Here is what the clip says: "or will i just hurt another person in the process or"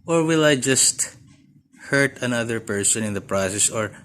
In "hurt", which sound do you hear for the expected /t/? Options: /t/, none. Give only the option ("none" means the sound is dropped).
/t/